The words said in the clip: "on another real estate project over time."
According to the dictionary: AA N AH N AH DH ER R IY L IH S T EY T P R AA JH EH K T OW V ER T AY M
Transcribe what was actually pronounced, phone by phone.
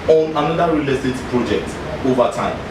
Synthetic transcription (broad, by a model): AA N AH N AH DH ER R IY L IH T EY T P R AA JH EH K T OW V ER T AY M